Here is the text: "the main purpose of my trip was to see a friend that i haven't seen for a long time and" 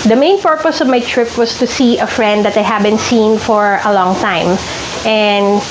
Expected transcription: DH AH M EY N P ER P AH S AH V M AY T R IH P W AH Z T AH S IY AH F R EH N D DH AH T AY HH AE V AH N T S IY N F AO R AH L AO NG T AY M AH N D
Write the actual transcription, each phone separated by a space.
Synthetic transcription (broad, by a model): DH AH M EY N P ER P AH S AH V M AY T R IH P W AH S T AH S IY AH F R EH N D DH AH T AY HH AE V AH N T S IY N F AO R AH L AO NG T AY M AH N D